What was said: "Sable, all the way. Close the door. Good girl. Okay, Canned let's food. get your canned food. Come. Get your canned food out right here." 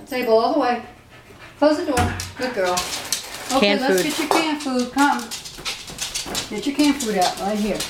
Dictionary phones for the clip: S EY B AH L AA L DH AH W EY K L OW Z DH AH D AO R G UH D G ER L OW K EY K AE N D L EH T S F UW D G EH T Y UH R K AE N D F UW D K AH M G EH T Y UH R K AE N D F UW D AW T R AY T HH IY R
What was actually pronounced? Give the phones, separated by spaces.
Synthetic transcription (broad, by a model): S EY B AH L AA L DH AH W EY K L OW Z DH AH D AO R G UH D G ER L OW UH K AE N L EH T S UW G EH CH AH R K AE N F UW D K AH M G EH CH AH R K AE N F UW D AW T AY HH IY R